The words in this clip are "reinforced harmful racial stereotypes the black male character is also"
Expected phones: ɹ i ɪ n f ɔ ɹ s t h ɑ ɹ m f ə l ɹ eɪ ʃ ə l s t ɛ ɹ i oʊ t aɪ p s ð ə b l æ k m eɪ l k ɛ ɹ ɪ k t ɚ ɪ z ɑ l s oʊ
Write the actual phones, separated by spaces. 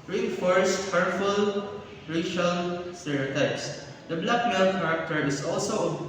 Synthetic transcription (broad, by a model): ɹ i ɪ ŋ f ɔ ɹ s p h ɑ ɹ f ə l ɹ eɪ ʃ ə l s t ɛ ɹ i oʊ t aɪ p s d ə b l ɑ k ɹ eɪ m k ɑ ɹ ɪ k t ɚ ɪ s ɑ l s oʊ